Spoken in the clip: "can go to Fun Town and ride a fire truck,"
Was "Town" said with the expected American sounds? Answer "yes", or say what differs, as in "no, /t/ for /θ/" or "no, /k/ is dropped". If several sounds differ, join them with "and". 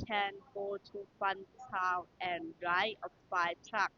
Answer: no, /n/ is dropped